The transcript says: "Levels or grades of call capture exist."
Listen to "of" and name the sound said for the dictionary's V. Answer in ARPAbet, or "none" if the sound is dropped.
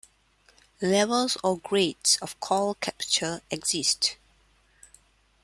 F